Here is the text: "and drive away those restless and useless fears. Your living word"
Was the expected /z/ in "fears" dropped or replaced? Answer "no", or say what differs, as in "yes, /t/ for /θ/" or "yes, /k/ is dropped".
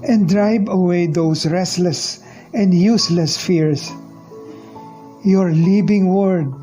yes, /s/ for /z/